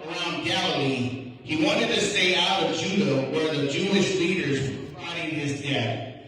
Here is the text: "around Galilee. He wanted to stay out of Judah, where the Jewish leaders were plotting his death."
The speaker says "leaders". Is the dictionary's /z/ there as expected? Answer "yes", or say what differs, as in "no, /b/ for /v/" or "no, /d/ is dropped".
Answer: yes